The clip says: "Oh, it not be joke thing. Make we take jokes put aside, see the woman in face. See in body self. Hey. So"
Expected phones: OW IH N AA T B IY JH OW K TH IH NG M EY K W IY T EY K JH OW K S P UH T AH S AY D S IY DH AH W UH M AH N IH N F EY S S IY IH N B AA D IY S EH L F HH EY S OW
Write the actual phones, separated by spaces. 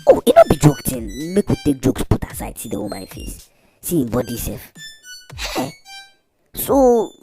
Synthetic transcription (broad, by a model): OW IH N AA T B IY JH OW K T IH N M EY K W IY T EY K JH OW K S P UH T AH S AY D S IY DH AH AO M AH IH N F EY S S IY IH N B AA D IY S EH L F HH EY S OW